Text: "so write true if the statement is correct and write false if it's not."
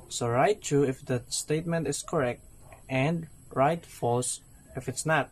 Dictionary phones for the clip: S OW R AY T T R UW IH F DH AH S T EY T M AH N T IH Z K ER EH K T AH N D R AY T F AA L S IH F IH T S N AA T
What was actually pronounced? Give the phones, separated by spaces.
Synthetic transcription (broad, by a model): S OW R AY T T UW IH F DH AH S T EY T M AH N T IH S K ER EH K T AH N D R AY T F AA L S IH F IH T S N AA T